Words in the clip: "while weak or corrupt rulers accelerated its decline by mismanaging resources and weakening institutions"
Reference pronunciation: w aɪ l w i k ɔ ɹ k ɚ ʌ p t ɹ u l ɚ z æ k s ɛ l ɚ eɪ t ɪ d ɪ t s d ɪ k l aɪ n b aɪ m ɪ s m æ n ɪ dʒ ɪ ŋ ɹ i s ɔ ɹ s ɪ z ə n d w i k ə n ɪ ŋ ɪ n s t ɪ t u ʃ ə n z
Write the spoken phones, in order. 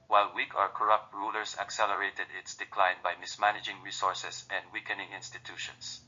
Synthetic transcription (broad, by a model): w aɪ l w i k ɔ ɹ k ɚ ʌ p t ɹ u l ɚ s æ k s ɛ l ɚ eɪ t ɪ d ɪ t s d ɪ k l aɪ n b aɪ m ɪ s m æ n ɪ dʒ ɪ ŋ ɹ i s ɔ ɹ s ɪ s ə n d w i k ə n ɪ ŋ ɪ n s t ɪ t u ʃ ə n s